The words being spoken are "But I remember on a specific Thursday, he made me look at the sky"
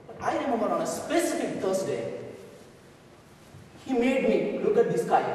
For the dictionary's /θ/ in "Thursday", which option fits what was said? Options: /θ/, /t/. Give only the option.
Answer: /t/